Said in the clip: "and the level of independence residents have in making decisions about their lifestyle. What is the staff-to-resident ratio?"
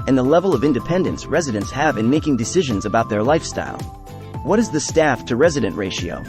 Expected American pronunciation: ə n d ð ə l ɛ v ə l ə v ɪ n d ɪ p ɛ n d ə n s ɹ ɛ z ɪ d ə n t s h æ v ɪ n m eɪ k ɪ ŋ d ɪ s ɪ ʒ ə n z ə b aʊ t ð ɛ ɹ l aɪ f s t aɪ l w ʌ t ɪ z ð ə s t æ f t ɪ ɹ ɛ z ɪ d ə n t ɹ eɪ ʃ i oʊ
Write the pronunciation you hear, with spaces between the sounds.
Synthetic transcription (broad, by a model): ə n ð ə l ɛ v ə l ə v ɪ n d ɪ p ɛ n d ə n s ɹ ɛ z ɪ d ə n t s h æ v ɪ n m eɪ k ɪ ŋ d ɪ s ɪ ʒ ə n z ə b aʊ t ð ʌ ɹ l aɪ f s t aɪ l w ʌ t ɪ z ð ə s t æ f t ɪ ɹ ɛ z ɪ d ə n t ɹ eɪ ʃ i oʊ